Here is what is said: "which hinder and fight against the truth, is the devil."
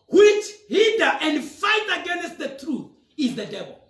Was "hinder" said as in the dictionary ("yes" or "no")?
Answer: no